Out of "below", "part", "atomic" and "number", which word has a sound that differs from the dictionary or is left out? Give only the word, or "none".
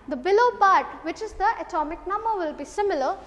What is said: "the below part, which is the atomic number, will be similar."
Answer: part